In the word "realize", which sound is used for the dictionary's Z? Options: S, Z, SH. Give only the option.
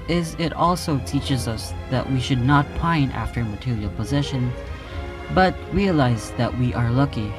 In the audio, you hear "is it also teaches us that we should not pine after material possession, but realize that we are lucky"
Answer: Z